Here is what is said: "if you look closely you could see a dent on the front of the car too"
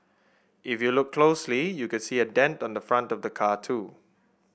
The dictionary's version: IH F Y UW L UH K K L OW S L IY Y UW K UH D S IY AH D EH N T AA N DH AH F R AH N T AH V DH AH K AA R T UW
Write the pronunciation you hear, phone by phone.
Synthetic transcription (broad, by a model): IH F Y UW L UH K K L OW S L IY Y UW K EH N S IY AH D EH N T AA N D AH F R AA N T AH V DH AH K AA T UW